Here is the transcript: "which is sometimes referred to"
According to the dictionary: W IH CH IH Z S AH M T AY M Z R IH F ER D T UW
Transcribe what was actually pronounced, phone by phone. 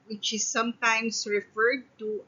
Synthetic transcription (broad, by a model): W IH CH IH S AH M T AY M S R IH F ER D T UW